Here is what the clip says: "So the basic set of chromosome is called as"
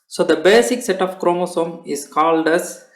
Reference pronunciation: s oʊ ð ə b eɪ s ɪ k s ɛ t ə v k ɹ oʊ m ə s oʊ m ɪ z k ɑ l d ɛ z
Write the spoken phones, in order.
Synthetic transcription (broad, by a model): s oʊ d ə b eɪ s ɪ k s ɛ t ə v k ɹ oʊ m ə s oʊ m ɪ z k ɑ l d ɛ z